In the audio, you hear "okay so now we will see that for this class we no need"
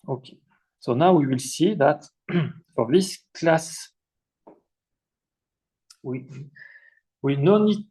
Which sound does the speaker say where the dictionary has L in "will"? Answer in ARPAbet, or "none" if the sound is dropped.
L